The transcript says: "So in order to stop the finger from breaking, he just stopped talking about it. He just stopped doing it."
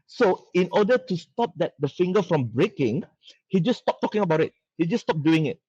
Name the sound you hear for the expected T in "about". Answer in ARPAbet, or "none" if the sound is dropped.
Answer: T